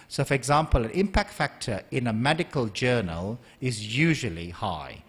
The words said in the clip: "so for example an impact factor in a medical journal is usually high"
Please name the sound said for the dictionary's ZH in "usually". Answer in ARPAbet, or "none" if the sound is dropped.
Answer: ZH